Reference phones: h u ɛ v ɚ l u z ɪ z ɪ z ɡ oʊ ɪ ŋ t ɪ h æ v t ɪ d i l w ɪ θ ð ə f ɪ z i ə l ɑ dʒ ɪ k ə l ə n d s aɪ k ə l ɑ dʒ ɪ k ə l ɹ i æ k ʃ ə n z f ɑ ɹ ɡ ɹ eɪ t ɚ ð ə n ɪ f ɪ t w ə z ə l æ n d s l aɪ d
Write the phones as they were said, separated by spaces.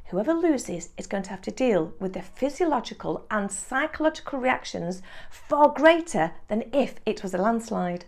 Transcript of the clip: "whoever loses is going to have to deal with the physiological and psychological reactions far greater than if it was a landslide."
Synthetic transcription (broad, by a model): h u ɛ v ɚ l u z ɪ z ɪ z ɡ oʊ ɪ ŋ t ɪ h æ f t ɪ d i l w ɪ ð ə f ɪ z i ə l ɑ dʒ ɪ k ə l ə n s aɪ k ə l ɑ dʒ ɪ k ə l ɹ i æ k ʃ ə n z f ɑ ɹ ɡ ɹ eɪ t ɚ ð ə n ɪ f ɪ t w ə z ə l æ n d s l aɪ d